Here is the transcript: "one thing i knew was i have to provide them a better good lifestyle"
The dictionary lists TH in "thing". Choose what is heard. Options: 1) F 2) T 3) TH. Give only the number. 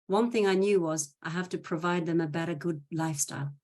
3